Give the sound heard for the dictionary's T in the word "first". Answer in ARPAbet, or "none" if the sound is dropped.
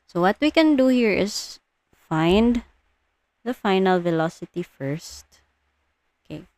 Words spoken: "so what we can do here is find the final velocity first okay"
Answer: T